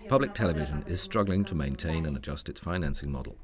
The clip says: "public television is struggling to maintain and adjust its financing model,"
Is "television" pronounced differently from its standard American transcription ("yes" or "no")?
no